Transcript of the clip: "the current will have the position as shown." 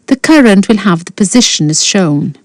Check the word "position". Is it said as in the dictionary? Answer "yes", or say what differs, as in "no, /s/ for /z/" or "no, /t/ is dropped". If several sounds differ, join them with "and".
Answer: yes